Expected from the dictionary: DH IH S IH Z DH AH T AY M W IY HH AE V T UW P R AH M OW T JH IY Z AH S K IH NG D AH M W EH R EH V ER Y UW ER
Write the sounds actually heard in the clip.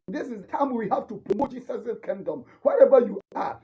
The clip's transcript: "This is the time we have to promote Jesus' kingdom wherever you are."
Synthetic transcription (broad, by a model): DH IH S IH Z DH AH T AY M W IY HH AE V T UW P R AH M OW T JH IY S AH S K IH NG D AH M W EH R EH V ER Y UW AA